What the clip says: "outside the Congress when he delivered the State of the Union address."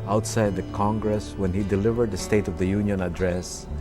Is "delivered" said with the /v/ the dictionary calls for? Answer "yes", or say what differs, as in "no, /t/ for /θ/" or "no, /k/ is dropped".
yes